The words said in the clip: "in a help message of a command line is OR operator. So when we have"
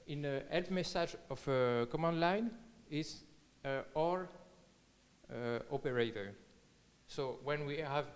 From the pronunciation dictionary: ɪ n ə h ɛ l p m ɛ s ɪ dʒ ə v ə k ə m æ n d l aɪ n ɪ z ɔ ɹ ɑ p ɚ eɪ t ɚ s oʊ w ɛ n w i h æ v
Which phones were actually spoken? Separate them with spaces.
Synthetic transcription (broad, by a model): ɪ n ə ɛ l f m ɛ s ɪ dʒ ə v ə k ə m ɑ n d l aɪ n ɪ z ɔ ɹ ɑ p ɚ eɪ t ɚ s oʊ w ɛ n w i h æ v